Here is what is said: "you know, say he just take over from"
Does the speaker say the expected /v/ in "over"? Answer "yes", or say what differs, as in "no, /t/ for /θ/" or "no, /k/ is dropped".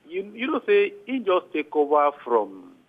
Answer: no, /b/ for /v/